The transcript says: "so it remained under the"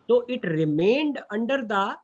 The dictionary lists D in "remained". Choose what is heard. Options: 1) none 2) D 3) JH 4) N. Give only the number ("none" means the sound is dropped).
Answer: 2